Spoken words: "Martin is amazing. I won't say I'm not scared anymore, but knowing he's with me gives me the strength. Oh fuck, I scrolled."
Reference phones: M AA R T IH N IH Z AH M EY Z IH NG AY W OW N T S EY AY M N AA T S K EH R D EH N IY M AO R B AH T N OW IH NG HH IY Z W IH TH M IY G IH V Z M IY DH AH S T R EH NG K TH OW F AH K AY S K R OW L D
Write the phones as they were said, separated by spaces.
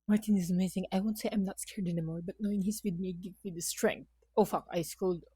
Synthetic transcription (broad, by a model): M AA R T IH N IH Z AH M EY Z IH NG AY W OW N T S EY AY M N AA T S K EH R D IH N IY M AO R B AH T N OW IH NG HH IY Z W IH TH M IY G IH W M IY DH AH S T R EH NG K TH OW F AH K AY S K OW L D